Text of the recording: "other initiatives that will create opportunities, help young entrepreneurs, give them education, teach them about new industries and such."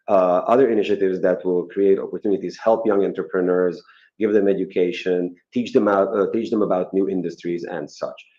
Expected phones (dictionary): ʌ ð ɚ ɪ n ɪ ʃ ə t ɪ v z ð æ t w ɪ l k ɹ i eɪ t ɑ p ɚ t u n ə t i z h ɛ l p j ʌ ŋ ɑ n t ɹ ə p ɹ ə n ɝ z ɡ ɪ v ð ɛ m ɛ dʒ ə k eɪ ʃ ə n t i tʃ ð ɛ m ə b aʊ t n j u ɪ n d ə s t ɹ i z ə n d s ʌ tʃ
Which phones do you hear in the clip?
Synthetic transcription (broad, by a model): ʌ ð ɚ ɪ n ɪ ʃ ə t ɪ v z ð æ t w ɪ l k ɹ i eɪ t ɑ p ɚ t u n ə t i z h ɛ l p j ʌ ŋ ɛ n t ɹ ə p ɹ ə n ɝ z ɡ ɪ v ð ɛ m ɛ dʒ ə k eɪ ʃ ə n t i tʃ ð ɛ m ə b aʊ t n j u ɪ n d ə s t ɹ i z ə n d s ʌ tʃ